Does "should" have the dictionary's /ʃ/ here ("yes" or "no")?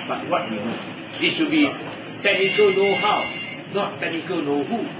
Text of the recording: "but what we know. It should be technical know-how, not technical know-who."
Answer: no